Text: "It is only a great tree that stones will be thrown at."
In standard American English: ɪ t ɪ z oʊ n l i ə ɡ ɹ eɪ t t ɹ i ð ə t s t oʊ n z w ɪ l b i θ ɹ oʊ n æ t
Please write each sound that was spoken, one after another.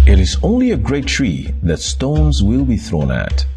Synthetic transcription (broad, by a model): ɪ t ɪ z oʊ n l i ə ɡ ɹ eɪ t t ɹ i ð ə t s t oʊ n z w ɪ l b i θ ɹ oʊ n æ t